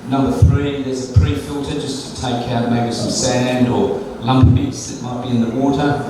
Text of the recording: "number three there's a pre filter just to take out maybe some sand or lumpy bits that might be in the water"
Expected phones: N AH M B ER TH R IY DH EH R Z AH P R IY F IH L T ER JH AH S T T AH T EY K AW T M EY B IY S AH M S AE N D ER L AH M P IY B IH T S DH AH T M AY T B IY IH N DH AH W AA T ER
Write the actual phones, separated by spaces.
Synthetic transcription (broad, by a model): N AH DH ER TH R IY DH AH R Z AH P R IY F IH L T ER JH AH S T T AH T EY K AW T M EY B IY S AH M S AE N D ER L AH M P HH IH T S DH AH T M AY T B IY IH N DH AH W AA T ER